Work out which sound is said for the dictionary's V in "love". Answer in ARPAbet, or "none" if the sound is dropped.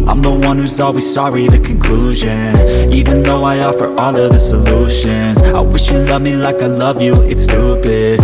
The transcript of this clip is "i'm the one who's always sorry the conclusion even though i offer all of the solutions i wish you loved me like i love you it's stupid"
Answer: V